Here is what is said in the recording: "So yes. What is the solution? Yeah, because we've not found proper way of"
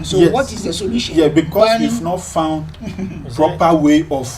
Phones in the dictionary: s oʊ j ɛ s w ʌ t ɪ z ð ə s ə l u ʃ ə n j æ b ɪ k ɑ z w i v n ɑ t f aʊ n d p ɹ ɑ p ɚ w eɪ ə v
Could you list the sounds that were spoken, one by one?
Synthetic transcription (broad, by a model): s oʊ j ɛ w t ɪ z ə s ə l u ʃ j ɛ b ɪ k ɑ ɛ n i f n ɑ t f aʊ n d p ɹ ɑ p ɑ w eɪ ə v